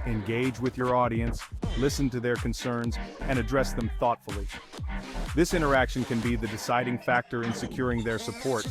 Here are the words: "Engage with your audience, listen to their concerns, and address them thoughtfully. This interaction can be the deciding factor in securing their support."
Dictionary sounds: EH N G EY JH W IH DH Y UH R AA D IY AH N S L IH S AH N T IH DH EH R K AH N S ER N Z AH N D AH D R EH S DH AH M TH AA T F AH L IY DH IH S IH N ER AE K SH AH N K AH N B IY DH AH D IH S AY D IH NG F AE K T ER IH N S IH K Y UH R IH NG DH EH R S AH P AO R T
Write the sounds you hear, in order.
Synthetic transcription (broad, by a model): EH N G EY JH W IH DH Y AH R AA D IY AH N S L IH S AH N T IH DH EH R K AH N S ER N Z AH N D AH D R EH S DH AH M TH AA T F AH L IY DH IH S IH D ER AE K SH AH N K AH N B IY DH AH D IH S AY D IH NG F AE K T ER IH N S IH K Y UH R IH NG DH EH R S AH P AO R T